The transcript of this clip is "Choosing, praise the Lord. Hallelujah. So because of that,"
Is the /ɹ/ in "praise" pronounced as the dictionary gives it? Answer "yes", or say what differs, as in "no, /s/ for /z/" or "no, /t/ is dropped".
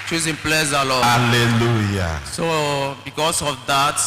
no, /l/ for /ɹ/